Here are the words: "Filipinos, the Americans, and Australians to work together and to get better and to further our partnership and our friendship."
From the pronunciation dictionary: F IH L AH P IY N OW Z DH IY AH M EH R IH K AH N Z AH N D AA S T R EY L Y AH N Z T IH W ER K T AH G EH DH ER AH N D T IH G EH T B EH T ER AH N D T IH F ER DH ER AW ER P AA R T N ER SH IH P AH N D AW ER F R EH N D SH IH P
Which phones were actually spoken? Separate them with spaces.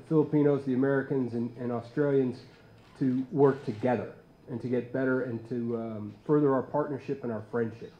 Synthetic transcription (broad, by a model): F IH L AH P IY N OW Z DH IY AH M EH R IH K AH N Z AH N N AA S T R EY L Y AH N Z T IH W ER K T AH G EH DH ER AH N T IH G EH T B EH T ER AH N T IH F ER DH ER AW ER P AA R T N ER SH IH P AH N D AW ER F R EH N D SH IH P